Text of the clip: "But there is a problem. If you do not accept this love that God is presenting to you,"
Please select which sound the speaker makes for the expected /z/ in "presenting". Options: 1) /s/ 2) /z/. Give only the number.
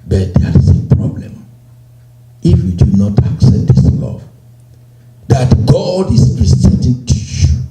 1